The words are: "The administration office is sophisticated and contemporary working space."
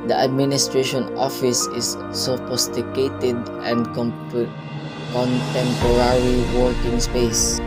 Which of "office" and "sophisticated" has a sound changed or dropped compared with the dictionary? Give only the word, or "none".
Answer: sophisticated